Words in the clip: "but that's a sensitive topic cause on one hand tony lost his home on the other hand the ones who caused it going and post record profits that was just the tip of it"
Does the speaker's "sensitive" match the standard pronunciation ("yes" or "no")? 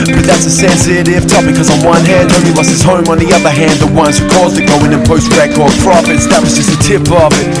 no